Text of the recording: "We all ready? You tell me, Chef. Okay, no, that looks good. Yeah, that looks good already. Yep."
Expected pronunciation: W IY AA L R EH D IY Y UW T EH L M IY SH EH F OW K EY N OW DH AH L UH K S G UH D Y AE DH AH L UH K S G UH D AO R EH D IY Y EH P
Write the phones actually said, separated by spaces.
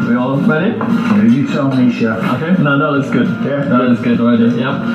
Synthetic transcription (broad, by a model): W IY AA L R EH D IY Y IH T EH L M IY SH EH OW K EY N OW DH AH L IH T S G UH D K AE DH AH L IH S G UH D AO IH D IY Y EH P